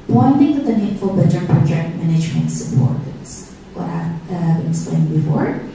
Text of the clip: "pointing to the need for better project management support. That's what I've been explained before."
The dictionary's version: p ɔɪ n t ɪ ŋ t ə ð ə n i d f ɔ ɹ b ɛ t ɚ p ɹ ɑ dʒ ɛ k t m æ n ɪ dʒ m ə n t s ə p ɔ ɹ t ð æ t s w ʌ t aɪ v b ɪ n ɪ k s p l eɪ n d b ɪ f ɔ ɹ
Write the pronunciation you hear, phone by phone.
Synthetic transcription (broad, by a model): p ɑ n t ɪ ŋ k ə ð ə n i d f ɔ l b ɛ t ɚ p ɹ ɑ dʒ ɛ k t m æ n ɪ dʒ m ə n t s ə p ɔ ɹ t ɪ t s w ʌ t aɪ v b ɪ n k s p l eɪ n b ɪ f ɔ ɹ